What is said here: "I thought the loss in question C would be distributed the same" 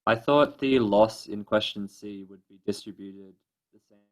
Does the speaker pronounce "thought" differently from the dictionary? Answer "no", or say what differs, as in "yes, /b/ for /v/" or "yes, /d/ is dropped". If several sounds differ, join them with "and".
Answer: no